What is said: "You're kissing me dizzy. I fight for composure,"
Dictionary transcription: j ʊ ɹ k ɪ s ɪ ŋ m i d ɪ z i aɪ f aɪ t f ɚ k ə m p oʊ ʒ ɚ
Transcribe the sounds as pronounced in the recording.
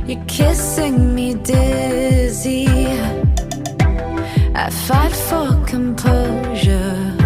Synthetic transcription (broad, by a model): j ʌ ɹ k ɪ s ɪ ŋ m i d ɪ z i aɪ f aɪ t f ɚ k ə m p oʊ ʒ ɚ